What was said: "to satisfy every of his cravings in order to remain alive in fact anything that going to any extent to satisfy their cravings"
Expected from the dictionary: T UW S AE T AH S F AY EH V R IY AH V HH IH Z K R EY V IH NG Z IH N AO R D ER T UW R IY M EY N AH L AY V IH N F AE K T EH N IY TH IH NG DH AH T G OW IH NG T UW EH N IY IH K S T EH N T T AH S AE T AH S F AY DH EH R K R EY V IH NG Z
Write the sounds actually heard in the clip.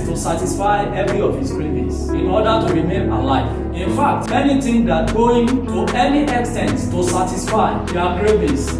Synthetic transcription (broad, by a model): T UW S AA T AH S F AY EH V R IY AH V HH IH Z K R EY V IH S IH N AO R D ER T UW R IY M EY N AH L AY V IH N F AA K T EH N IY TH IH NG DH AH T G OW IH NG T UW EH N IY IH K S T EH N T T AH S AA T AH S F AY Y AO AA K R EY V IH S